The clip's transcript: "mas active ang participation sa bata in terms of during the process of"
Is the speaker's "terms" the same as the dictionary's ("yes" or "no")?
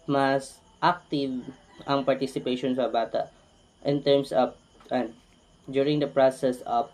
no